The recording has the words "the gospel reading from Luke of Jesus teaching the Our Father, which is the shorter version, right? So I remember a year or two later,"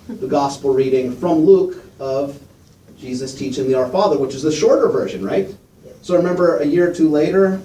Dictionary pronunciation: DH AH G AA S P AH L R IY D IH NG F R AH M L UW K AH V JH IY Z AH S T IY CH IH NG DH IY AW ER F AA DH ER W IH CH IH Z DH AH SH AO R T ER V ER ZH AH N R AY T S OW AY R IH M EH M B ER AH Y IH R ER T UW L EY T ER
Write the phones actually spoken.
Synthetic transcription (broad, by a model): DH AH G AA S P L R IY D IH NG F R AH M L UW K AH V JH IY Z AH S T IY CH IH NG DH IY AW ER F AA DH ER W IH CH IH Z DH AH SH AO R T ER V ER ZH AH N R AY T S OW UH R IH M EH M B ER AH Y IH R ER T UW L EY T ER